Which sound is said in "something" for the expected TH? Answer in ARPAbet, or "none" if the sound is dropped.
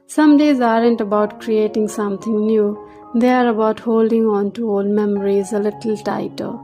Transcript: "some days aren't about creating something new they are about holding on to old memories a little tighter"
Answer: T